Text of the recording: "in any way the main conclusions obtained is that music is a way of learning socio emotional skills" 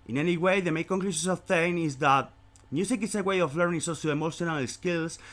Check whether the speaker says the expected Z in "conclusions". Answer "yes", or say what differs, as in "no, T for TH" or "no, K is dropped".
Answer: no, S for Z